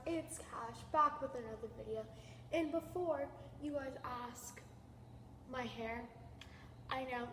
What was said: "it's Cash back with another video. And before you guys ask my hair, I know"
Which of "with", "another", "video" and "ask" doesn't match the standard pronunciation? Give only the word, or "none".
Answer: none